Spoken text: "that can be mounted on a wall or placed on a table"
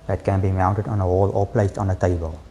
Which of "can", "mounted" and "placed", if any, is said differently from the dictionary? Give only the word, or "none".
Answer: placed